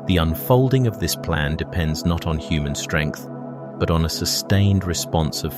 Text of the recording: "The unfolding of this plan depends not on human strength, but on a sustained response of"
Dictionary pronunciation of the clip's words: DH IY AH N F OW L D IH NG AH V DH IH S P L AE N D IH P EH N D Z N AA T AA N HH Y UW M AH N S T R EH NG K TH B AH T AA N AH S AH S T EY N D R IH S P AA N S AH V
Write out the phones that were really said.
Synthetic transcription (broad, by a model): DH IY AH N F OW L D IH NG AH V DH IH S P L AE N D IH P EH N D Z N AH T N HH Y UW M AH N S T R EH NG K TH B AH T N AH S AH S T EY N D R IH S P AA N S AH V